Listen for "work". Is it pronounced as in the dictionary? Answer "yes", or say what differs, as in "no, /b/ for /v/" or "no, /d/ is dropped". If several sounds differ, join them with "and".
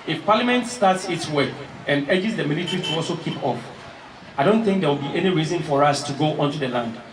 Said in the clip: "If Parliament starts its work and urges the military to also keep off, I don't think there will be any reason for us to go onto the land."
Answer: no, /k/ is dropped